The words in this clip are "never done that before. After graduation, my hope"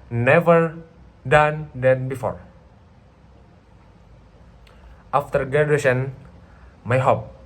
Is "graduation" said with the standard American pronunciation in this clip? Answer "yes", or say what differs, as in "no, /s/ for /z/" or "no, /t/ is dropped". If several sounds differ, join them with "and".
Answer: no, /ɹ/ is dropped